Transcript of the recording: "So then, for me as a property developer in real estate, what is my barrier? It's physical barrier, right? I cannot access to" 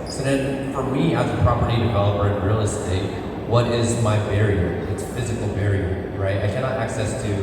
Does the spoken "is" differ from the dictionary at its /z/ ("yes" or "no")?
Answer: no